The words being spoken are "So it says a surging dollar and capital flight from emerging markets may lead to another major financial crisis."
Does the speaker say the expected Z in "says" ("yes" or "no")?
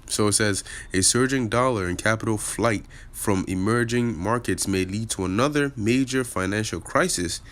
yes